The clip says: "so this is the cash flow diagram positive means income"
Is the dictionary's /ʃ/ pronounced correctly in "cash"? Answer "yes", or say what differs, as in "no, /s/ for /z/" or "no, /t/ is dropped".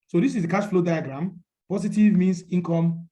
no, /s/ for /ʃ/